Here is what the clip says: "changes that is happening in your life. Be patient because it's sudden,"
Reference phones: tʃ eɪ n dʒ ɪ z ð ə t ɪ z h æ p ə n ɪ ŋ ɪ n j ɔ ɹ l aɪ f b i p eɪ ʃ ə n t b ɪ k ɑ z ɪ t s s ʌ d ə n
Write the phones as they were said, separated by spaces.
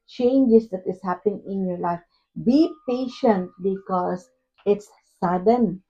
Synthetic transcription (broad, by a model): tʃ eɪ n dʒ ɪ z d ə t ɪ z h æ p ə n ɪ ŋ ɪ n j ɔ ɹ l aɪ f b i p eɪ ʃ ə n t b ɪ k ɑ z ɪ t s s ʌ d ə n